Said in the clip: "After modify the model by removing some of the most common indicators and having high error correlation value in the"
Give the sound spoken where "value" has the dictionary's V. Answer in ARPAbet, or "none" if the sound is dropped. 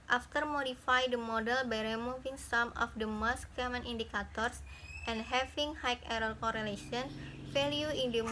F